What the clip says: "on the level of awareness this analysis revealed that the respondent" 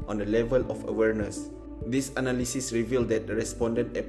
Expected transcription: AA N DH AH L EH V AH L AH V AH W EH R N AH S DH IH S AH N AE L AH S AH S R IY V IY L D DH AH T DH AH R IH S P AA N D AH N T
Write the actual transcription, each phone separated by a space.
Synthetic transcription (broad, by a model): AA N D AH L EH V AH L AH F AH W EH R N AH S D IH S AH N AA L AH S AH S R IY V IY L D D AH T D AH R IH S P AA N D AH N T